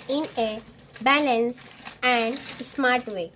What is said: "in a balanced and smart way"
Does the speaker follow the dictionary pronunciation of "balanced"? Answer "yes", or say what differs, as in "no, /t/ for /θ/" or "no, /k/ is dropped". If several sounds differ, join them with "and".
no, /t/ is dropped